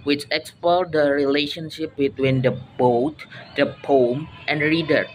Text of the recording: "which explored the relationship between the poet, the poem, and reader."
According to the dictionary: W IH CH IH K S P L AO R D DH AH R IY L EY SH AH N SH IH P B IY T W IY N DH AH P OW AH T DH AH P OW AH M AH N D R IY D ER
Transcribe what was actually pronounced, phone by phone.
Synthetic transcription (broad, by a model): W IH CH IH K S P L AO L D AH R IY L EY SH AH N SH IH P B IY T W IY N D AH B OW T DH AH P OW M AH N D R IY D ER